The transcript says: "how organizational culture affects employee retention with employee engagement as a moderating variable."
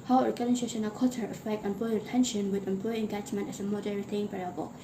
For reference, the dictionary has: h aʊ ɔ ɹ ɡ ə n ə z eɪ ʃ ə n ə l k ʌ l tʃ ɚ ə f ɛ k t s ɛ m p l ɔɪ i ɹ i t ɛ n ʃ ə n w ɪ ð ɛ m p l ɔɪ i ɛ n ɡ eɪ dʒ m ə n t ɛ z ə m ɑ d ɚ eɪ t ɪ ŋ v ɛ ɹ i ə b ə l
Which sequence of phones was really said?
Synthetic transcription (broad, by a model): h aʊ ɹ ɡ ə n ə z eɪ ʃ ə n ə k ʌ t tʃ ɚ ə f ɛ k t ɛ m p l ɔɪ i ɹ i t ɛ n ʃ ə n w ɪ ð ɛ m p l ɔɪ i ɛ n ɡ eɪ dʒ m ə n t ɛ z ə m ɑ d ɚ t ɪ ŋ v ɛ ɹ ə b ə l